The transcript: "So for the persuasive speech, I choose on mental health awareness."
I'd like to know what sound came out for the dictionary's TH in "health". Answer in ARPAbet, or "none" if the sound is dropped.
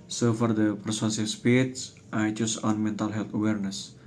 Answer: T